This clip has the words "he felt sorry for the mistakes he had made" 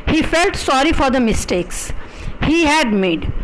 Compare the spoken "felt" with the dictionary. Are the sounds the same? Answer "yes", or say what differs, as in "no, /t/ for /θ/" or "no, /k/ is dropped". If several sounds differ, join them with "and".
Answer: yes